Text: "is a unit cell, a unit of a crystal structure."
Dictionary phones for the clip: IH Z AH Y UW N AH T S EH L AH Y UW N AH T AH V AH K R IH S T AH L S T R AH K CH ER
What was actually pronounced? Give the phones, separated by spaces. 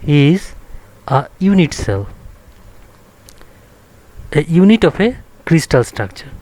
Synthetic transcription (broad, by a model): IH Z AH Y UW N AH T S EH L AH Y UW N AH T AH P AH K R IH S T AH L S T R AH K CH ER